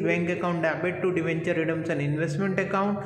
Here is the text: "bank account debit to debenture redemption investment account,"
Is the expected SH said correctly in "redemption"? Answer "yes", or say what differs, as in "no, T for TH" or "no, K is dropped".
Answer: no, S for SH